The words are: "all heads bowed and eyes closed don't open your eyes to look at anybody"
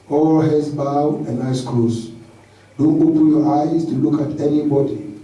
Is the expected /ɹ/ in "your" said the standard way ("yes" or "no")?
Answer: yes